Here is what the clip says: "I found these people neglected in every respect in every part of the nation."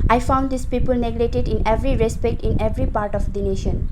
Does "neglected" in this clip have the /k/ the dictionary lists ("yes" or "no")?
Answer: no